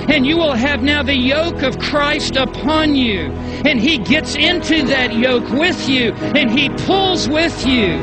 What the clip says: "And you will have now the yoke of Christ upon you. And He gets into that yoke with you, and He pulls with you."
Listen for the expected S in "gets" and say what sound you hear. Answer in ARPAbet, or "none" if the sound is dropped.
S